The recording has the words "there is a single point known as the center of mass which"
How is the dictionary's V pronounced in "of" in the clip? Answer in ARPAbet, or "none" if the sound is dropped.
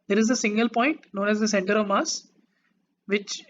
V